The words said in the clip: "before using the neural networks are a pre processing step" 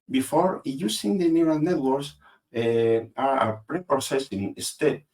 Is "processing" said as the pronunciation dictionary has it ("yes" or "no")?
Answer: no